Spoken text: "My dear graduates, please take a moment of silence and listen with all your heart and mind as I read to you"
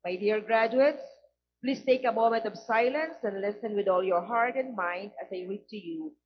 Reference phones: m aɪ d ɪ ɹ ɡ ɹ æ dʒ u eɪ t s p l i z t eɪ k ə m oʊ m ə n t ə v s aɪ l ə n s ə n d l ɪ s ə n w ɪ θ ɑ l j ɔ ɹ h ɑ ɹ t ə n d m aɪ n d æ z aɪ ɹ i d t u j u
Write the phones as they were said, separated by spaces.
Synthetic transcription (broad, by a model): m aɪ d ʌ ɹ ɡ ɹ æ dʒ u eɪ t s p l i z t eɪ k ə m oʊ m ə n t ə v s aɪ l ə n s ə n d l ɪ s ə n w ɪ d ɑ l j ɔ ɹ h ɑ ɹ t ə n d m aɪ n d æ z aɪ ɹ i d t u j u